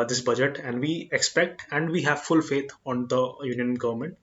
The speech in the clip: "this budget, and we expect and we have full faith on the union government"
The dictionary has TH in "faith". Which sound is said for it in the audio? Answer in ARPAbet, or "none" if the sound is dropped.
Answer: T